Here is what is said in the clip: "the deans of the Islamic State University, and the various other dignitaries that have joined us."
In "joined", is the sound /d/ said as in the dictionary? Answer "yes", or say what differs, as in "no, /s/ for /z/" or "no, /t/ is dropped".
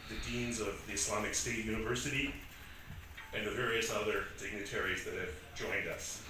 yes